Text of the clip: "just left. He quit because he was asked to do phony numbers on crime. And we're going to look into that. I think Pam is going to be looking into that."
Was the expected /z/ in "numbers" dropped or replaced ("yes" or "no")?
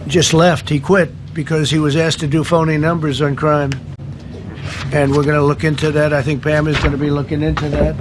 no